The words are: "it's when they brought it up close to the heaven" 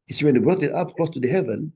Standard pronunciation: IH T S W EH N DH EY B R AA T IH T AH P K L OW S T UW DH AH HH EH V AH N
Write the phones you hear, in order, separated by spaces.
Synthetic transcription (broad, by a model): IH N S W EH N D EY B R AA T IH T AH P K L OW S T UW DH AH HH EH V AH N